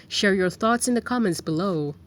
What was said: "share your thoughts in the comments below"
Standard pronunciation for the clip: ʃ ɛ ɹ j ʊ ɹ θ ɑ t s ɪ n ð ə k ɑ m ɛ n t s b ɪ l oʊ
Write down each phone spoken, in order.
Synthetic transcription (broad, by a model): ʃ ɛ ɹ j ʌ ɹ θ ɑ t s ɪ n ð ə k ɑ m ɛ n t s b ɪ l oʊ